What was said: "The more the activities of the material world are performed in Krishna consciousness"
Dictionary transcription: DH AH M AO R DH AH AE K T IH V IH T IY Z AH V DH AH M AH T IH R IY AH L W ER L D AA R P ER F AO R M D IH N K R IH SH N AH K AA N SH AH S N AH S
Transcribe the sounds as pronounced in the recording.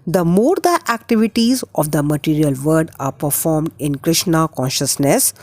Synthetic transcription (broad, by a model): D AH M AO R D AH AE K T IH V IH T IY Z AH V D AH M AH T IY R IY AH L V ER D AA R P ER F AO R M D IH N K R IH SH N AH K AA N SH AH S N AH S